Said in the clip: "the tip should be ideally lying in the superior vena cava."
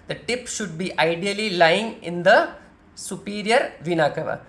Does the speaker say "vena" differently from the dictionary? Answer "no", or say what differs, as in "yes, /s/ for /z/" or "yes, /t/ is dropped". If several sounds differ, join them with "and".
no